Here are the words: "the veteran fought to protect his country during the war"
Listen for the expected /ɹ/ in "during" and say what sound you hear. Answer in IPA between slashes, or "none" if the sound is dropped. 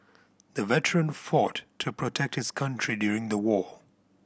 /ɹ/